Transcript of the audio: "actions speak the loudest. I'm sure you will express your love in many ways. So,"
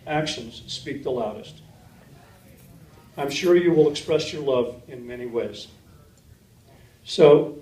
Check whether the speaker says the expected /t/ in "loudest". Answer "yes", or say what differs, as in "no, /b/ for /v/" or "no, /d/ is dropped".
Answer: yes